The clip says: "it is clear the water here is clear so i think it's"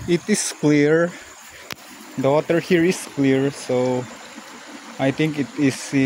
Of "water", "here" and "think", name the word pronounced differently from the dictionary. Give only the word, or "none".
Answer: think